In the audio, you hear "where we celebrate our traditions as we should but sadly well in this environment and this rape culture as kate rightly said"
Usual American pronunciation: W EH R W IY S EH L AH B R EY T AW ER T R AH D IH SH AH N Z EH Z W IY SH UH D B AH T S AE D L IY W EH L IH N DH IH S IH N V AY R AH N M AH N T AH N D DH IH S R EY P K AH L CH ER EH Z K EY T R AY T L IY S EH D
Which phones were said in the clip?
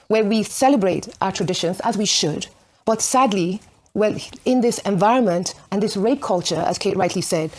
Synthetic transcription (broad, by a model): W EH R W IY S EH L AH B R EY T AW ER T R AH D IH SH AH N Z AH Z W IY SH UH D B AH T S AE D L IY W EH L IH N DH IH S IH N V AY R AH N M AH N T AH N DH IH S R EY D K AH L CH ER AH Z K EY T R AY T L IY S EH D